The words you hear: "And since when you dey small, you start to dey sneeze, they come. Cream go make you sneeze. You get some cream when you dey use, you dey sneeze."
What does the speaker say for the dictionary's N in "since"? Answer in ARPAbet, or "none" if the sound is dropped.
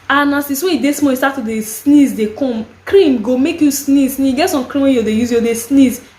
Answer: none